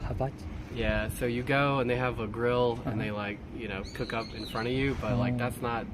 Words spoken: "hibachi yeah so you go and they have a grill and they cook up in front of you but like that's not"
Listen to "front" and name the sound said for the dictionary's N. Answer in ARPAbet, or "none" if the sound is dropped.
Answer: none